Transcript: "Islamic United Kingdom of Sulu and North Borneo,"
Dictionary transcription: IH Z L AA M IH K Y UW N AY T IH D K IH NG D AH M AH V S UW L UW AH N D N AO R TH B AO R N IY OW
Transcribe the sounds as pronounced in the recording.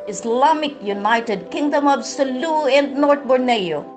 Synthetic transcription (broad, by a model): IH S L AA M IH K Y UW N AY T IH D K IH NG D AH M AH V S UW L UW AH N D N AO R T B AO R N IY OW